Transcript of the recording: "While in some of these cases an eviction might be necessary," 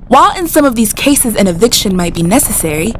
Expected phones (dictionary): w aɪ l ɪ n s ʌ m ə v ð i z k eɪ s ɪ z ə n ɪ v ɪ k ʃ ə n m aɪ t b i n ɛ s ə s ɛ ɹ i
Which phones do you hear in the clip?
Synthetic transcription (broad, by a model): w aɪ l ɪ n s ʌ m ə v ð i z k eɪ s ɪ z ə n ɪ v ɪ k ʃ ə n m aɪ t b i n ɛ s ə s ɛ ɹ i